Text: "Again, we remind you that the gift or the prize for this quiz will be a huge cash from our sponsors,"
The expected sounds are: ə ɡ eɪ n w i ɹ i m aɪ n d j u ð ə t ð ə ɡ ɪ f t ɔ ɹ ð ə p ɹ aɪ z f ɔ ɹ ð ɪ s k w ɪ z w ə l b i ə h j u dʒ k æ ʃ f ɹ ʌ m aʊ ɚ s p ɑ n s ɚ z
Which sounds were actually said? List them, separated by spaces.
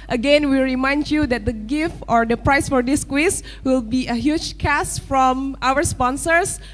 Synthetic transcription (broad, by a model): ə ɡ eɪ n w i ɹ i m aɪ n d j u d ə t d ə ɡ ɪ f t ɔ ɹ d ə p ɹ aɪ s f ɔ ɹ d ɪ s k w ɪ s w ə l b i ə h j u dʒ k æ s f ɹ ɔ m aʊ ɚ s p ɑ n s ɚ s